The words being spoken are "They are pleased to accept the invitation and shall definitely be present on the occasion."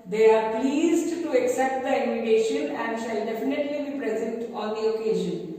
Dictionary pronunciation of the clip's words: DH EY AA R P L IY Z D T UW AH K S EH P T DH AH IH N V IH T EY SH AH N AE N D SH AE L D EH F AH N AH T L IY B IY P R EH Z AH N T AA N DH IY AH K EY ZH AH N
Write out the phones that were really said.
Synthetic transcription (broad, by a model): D EY AA R P L IY Z D T UW AH K S EH P T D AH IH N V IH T EY SH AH N AE N D SH AE L D EH F AH N AH T L IY B IY P R EH Z AH N T AA N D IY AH K EY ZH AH N